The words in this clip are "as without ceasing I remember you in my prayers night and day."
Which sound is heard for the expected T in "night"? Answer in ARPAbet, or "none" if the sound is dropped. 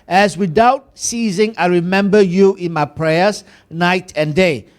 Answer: T